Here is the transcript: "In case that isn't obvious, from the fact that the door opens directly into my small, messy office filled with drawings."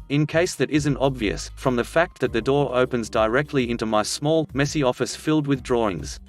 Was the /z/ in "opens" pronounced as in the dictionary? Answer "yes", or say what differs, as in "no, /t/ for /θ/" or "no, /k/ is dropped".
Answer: yes